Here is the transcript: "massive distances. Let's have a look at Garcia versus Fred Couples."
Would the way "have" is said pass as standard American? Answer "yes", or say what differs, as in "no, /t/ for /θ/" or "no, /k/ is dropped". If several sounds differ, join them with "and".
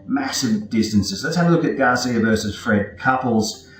no, /w/ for /v/